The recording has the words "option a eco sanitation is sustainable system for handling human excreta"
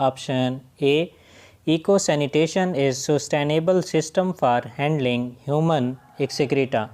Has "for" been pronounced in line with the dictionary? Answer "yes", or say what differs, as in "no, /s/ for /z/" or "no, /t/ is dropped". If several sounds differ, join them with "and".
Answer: yes